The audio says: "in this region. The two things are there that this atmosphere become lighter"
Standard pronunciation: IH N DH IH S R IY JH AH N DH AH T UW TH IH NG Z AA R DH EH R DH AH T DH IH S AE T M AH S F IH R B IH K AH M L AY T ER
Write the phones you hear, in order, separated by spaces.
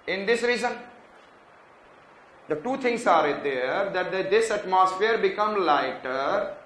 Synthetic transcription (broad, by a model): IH N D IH S R IY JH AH N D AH T UW T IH NG S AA R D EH R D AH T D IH S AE T M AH S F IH R B IH K AH M L AY T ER